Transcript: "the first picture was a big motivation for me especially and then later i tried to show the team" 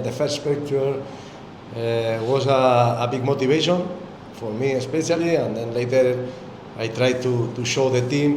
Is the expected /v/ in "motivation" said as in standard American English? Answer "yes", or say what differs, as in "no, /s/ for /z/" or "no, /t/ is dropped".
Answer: no, /b/ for /v/